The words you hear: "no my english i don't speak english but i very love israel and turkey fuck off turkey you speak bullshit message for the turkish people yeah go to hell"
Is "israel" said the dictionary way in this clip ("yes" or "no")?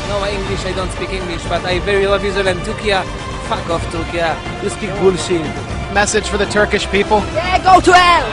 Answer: no